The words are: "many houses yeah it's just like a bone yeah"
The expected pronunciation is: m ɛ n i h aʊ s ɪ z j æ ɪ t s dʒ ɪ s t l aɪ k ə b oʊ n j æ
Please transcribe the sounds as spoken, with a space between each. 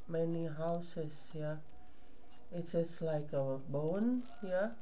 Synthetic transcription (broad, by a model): m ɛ n i h aʊ s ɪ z j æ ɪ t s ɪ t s l aɪ k ə b oʊ n j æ